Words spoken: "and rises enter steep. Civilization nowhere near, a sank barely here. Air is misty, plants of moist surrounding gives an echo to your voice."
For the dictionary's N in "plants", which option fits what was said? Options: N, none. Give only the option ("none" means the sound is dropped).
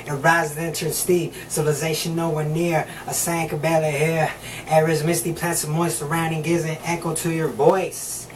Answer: none